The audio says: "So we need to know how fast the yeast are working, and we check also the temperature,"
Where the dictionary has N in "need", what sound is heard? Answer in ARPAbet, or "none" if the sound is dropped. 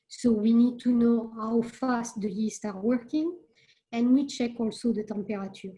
N